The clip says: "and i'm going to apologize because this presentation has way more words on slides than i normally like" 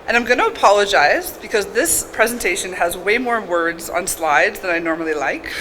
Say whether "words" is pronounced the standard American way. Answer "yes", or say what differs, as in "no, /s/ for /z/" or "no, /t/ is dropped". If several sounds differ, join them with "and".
yes